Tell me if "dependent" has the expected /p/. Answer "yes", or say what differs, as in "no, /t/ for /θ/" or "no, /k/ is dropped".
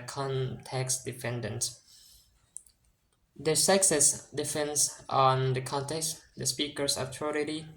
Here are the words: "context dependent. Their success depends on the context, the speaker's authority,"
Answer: no, /f/ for /p/